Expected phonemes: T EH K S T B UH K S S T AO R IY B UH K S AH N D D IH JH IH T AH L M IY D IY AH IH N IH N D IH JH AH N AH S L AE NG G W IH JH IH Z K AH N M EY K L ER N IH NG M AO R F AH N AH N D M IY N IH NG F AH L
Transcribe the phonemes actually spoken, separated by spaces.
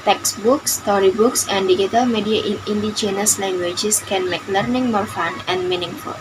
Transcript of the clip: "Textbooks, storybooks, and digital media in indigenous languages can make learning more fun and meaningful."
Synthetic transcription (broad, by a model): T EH K S B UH K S S T AO R IY B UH K S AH N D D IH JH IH T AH L M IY D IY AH IH N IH N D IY CH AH N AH S L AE NG G W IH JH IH S K AH N M EY K L ER N IH NG M AO R F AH N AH N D M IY N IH NG F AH L